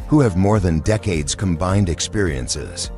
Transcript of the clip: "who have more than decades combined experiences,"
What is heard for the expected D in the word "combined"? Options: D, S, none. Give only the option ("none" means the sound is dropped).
D